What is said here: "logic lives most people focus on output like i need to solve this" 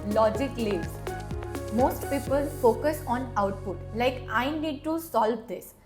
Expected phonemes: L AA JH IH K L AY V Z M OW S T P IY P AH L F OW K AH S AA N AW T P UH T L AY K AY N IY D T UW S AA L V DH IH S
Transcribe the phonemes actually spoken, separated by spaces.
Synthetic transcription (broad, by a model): L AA JH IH K L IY Z M OW S T P IY P AH L F OW K AH S AA N AW T P UH T L AY K AY N IY D T UW S AA L V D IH S